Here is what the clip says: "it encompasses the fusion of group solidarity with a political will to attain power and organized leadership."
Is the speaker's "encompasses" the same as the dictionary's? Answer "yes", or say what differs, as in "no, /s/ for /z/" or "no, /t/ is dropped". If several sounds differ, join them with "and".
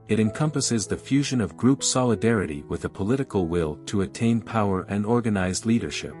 yes